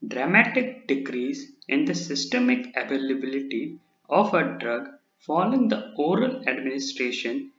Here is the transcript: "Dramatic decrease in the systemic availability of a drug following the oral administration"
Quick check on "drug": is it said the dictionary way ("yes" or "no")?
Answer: yes